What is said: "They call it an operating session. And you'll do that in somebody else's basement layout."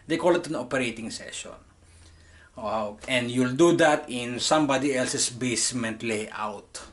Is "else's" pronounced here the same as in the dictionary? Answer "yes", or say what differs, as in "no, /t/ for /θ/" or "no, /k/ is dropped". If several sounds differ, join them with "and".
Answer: no, /s/ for /z/